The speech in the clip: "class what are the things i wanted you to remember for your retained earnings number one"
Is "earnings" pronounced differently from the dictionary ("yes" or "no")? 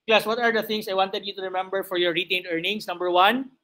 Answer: yes